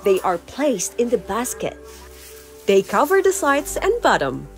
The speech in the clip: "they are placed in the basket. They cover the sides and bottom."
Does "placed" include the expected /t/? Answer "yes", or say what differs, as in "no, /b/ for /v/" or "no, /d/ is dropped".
yes